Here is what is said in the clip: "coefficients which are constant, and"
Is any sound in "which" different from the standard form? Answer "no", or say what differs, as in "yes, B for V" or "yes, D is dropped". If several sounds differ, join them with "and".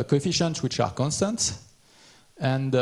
no